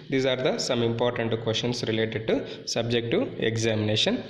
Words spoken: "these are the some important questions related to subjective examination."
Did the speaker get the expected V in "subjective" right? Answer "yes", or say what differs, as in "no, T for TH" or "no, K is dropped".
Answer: no, V is dropped